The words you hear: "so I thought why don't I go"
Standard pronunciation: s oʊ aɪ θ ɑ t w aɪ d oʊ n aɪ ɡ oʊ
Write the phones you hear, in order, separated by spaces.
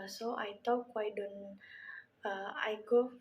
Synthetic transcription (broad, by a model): s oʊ aɪ t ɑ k w aɪ d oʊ n aɪ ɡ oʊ